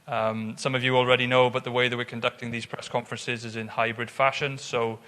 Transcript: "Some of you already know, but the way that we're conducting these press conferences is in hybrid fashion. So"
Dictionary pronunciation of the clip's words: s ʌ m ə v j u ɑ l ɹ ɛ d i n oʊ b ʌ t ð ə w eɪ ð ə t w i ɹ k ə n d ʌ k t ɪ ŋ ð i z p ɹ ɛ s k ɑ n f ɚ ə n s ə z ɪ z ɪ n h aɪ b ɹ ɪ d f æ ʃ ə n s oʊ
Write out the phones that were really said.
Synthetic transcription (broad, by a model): s ʌ m ə v j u ɑ l ɹ ɛ d i n oʊ b ʌ t ð ə w eɪ ð ə t w i ɹ k ə n d ʌ k t ɪ ŋ ð i z p ɹ ɛ s k ɑ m f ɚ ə n s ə z ɪ z ɪ n h aɪ b ɹ ɪ d f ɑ ʃ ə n s oʊ